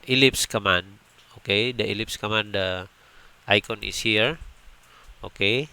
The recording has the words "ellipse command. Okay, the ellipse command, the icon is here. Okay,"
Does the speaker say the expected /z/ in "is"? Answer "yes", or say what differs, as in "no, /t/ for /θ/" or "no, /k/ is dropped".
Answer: no, /s/ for /z/